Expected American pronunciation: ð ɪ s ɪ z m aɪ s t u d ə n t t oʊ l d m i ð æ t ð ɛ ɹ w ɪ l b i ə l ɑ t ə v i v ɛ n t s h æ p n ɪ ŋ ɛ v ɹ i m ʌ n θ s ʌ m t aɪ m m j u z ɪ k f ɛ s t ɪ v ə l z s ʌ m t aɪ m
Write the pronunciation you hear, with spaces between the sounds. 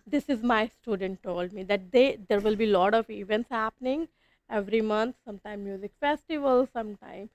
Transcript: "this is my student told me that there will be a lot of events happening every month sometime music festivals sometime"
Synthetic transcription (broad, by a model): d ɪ s ɪ z m aɪ s t u d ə n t t oʊ l d m i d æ t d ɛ ɹ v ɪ l b i l ɑ t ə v i v ɛ n t s h æ p n ɪ ŋ ɛ v ɹ i m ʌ n t s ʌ m t aɪ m m j u z ɪ k f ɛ s t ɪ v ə l s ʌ m t aɪ m